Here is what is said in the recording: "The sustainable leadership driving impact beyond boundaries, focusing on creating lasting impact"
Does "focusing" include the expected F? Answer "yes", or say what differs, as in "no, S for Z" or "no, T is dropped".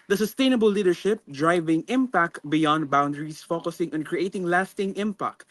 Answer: yes